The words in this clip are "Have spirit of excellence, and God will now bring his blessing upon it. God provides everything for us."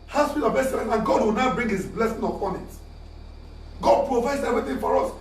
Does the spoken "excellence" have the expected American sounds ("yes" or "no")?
no